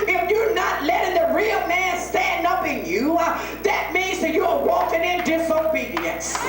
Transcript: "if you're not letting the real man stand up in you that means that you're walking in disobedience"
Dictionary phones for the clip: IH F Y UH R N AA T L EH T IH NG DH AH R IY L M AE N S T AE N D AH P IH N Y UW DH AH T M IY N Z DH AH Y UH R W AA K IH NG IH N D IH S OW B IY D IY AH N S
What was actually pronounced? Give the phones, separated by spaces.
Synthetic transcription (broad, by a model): IH F Y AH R N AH T L EH T IH NG DH AH R IY L M AE N S T AE N D AH P IH N Y UW DH AH T M IY N Z DH AH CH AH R W AA K IH NG IH N D IH S OW B IY D IY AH N S